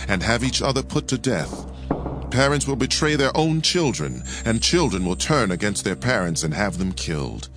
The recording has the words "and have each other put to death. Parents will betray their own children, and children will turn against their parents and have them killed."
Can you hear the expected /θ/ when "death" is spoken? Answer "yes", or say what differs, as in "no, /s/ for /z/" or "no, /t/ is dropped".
yes